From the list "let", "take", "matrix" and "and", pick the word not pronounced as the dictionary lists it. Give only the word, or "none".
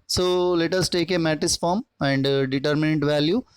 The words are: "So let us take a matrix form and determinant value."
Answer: matrix